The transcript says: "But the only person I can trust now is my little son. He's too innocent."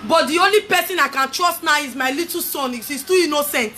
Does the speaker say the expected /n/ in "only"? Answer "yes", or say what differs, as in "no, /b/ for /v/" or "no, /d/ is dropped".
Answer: yes